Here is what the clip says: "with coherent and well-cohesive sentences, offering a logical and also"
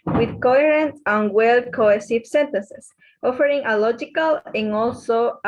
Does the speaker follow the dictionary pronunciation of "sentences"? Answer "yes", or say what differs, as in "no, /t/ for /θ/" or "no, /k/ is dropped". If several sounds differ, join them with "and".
no, /s/ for /z/